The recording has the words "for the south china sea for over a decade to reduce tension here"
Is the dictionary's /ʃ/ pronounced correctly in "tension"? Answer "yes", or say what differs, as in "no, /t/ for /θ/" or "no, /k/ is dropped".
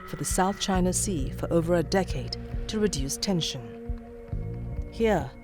yes